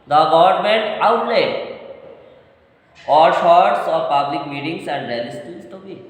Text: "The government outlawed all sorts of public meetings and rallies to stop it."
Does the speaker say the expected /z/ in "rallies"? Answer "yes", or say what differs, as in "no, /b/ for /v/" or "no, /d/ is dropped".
no, /s/ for /z/